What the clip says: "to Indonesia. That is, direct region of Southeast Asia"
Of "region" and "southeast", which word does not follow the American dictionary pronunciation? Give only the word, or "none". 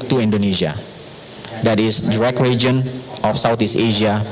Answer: southeast